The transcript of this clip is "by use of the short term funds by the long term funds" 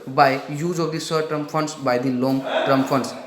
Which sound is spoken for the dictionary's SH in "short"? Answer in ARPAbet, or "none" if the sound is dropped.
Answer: S